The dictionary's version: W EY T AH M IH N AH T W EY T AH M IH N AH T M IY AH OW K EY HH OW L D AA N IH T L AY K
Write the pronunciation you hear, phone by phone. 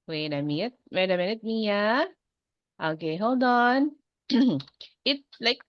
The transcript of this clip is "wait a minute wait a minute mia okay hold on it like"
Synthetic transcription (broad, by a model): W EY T AH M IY AH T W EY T AH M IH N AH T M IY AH OW K EY HH OW L D AA N IH T L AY K